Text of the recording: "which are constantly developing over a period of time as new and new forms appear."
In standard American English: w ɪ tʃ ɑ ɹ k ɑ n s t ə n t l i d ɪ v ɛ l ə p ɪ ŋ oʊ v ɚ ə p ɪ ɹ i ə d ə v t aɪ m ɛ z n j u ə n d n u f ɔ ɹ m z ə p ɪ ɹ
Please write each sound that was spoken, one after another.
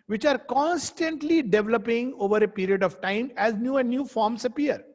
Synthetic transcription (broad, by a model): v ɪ tʃ ɑ ɹ k ɑ n s t ə n t l i d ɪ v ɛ l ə p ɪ ŋ oʊ v ɚ ə p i ɹ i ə d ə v t aɪ m ɛ z n j u ə n d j u f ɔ ɹ m s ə p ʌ ɹ